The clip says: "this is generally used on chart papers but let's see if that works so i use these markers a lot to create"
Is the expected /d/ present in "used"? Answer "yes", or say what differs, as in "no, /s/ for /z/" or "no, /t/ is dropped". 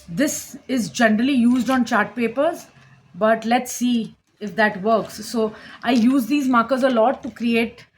yes